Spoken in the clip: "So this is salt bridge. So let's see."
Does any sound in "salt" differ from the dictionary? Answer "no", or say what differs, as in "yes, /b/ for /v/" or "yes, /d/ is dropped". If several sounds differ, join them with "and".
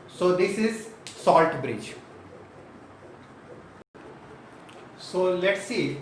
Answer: no